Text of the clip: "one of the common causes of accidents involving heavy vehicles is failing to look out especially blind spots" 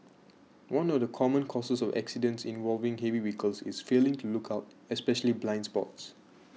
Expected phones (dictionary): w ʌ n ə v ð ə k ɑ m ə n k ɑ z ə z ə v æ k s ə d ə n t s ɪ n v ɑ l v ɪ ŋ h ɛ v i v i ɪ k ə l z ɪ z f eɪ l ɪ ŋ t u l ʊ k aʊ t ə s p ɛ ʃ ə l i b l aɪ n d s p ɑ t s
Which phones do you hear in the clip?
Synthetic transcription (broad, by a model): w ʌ n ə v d ə k ɑ m ə n k ɑ s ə s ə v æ k s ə d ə n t s ɪ n v ɑ l v ɪ ŋ h ɛ v i w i k ə l s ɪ s f eɪ l ɪ ŋ t u l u k aʊ t ə s p ɛ ʃ ə l i b l aɪ n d s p ɑ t s